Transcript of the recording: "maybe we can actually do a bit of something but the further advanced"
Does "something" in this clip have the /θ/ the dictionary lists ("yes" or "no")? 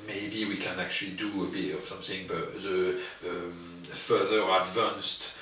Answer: yes